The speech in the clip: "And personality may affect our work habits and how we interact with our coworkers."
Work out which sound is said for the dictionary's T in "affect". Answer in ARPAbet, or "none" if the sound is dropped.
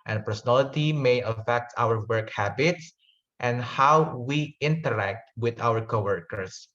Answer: T